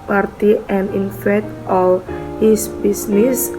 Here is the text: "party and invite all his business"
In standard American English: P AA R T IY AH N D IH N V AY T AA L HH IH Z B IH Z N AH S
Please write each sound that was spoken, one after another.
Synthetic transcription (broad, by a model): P AA R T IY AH N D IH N F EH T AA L HH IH S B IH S N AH S